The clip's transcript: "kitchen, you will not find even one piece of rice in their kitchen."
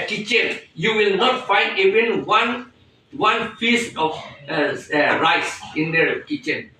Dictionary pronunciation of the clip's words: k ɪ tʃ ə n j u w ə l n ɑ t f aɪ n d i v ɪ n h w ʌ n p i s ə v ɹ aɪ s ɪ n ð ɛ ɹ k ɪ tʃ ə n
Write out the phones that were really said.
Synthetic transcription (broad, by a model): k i tʃ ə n j u w ə l n ɑ t f aɪ n d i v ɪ n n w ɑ n f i s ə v ɹ aɪ s ɪ n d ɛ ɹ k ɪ tʃ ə n